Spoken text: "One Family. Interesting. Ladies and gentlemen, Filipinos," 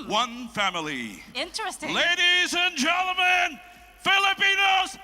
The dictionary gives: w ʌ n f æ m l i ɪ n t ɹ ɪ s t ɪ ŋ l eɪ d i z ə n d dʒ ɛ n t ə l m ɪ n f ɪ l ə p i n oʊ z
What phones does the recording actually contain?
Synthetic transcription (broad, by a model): w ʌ n f æ m l i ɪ n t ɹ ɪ s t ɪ l eɪ d i z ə n dʒ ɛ n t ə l m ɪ n f ɪ l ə p i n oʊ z